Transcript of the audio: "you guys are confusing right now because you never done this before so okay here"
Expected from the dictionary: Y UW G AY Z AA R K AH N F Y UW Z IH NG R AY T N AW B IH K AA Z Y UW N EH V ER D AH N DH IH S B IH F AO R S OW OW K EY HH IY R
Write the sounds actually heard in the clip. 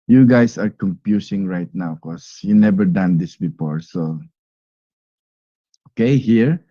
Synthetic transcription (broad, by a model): Y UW G AY S AA R K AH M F Y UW S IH NG R AY T N AW K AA S Y UW N EH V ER D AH N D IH S B IH F AO R S OW OW K EY HH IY R